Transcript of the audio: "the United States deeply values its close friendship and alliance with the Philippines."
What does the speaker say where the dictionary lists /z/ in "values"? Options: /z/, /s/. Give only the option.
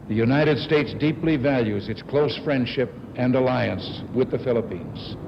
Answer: /z/